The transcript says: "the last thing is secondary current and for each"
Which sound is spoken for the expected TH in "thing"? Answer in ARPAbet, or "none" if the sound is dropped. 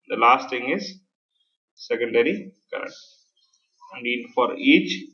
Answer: T